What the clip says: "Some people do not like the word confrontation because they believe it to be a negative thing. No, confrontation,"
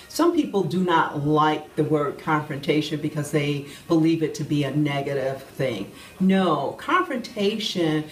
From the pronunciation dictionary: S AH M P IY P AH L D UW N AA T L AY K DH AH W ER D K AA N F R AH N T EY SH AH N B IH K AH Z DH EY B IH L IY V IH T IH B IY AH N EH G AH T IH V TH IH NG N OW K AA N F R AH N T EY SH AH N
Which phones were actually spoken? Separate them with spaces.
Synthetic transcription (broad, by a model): S AH M P IY P L D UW N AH T L AY K DH AH W ER D K AA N F R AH N T EY SH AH N B IH K AH Z DH EY B IH L IY V IH T IH B IY AH N EH G AH T IH V TH IH NG N OW K AA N F R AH N T EY SH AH N